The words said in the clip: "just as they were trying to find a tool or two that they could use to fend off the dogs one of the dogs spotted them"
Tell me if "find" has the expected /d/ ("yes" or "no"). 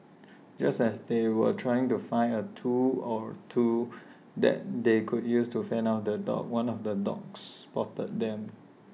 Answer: no